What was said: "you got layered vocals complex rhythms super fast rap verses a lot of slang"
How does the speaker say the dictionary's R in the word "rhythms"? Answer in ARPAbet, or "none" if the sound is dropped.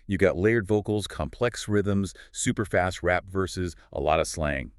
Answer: R